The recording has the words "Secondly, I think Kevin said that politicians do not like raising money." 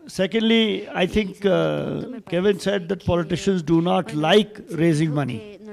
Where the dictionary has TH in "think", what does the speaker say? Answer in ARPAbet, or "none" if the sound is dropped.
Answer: T